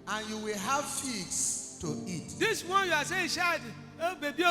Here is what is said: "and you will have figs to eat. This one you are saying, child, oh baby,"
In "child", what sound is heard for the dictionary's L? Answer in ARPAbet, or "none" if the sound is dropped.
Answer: none